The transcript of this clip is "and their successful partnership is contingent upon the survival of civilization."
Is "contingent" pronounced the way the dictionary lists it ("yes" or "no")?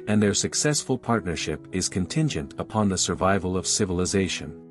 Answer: yes